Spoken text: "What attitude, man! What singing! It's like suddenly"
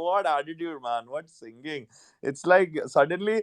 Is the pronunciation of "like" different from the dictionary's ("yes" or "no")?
no